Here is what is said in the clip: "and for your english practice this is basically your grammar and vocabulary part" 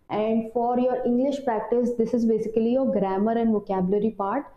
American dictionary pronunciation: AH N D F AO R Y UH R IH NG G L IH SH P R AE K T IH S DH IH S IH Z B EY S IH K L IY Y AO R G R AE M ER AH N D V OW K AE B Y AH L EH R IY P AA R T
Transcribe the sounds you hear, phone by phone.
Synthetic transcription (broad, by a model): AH N D F AO R Y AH R IH NG G L IH SH P R AE K T IH S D IH S IH Z B EY S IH K L IY Y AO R G R AE M ER AH N D V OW K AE B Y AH L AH R IY P AA R T